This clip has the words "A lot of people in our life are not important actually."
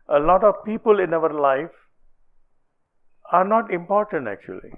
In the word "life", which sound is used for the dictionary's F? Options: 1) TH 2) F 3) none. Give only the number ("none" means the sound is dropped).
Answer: 2